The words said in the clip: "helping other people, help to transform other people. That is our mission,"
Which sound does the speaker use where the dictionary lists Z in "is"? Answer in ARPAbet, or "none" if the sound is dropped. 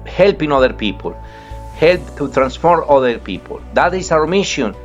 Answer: S